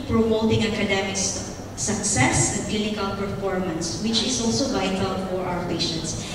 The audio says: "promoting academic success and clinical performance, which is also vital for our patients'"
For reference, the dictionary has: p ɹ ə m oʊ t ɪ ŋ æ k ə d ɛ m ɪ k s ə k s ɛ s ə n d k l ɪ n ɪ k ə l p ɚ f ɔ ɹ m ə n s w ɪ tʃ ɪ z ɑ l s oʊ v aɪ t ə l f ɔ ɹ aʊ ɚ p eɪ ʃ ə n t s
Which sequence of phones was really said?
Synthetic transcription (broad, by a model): p ɹ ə m oʊ t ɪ ŋ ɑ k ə d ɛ m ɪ k s ə k s ɛ s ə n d k l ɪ n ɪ k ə l p ɚ f ɔ ɹ m ə n s w ɪ tʃ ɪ s ɑ l s oʊ v aɪ t ə l f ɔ ɹ aʊ ɚ p eɪ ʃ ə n t s